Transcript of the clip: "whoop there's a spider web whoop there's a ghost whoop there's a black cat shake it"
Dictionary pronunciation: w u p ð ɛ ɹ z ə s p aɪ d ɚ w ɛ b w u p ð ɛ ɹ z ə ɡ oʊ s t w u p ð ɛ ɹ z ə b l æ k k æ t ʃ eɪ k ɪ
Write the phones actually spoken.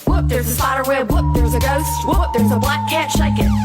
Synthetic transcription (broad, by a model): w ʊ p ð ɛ ɹ z ə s aɪ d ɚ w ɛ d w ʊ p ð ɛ ɹ z ə ɡ oʊ s t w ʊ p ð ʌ ɹ z ə b l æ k k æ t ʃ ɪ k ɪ